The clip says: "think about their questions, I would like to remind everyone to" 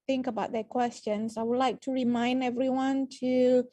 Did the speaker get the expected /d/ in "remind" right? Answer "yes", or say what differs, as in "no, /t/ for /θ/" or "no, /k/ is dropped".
yes